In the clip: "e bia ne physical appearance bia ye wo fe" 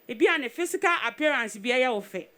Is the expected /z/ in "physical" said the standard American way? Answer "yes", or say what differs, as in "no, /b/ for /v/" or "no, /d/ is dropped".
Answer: no, /s/ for /z/